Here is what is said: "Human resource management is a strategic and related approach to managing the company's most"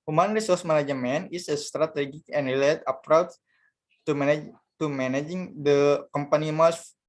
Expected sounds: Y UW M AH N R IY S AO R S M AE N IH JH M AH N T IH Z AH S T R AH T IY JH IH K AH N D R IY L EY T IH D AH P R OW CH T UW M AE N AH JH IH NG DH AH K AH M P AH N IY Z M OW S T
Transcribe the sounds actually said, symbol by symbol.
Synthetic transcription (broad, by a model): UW M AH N R IY S AO R S M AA N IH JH M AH N IH S AH S T R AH T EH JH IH K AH N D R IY L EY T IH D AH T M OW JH T UW M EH N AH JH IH NG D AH K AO M P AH N IY M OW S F